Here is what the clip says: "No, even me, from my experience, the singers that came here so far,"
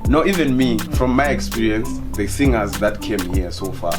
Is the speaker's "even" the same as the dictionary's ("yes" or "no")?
yes